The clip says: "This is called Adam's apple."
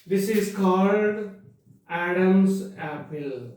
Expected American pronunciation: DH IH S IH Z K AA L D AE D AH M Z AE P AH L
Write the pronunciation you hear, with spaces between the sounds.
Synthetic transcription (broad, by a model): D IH S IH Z K AA L D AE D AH M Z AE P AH L